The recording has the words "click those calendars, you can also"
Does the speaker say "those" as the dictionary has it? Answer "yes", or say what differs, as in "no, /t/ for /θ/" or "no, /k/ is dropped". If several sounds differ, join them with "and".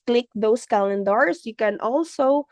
no, /s/ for /z/